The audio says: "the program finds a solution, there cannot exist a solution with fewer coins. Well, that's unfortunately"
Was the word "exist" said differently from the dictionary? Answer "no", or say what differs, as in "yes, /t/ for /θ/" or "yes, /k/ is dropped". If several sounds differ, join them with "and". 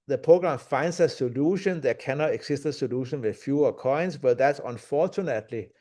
yes, /s/ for /z/